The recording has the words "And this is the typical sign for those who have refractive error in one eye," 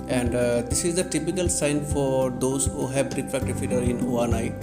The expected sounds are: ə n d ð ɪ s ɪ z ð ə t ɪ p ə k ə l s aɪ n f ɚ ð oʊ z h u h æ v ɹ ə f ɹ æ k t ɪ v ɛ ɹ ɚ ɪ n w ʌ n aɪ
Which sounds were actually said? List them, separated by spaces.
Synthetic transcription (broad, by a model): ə n d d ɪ s ɪ z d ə t ɪ p ə k ə l s aɪ n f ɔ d oʊ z h u h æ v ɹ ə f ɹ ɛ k t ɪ f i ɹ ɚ ɪ n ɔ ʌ n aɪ